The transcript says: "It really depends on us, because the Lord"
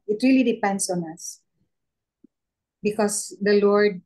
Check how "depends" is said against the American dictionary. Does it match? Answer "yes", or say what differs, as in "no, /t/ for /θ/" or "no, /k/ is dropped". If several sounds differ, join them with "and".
no, /s/ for /z/